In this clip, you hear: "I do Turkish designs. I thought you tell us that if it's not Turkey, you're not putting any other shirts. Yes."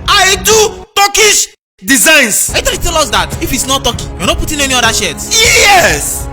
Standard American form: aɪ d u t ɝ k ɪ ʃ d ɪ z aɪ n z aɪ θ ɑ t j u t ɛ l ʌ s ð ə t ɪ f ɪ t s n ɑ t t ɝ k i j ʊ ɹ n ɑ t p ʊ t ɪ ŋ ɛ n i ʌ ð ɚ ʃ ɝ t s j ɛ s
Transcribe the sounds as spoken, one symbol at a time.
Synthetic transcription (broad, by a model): aɪ d u t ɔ k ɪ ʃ d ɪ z aɪ n s aɪ t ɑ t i t ɛ l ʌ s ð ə t ɪ f ɪ t s n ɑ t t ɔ k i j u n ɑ p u t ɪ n ɛ n i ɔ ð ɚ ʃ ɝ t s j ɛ s